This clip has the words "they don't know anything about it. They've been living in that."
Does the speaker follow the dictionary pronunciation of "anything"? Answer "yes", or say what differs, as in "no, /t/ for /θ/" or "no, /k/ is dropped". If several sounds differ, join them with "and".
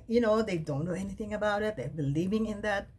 yes